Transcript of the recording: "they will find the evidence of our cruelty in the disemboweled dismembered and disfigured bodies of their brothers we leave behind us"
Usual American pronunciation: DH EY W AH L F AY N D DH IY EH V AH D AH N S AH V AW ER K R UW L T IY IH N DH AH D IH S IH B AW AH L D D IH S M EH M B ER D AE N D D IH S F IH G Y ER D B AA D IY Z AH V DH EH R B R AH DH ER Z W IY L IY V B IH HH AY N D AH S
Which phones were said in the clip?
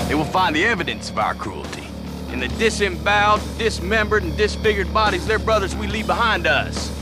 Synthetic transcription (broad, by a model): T W AH L F AY N DH IY EH V AH D AH N S AH V AW ER K R UW L T IY IH N DH AH D IH S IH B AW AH D D IH S M EH M B ER D N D D IH S F IH G Y ER D B AA D IY Z DH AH R B R AH DH ER Z W IY L IY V B IH HH AY N D AH S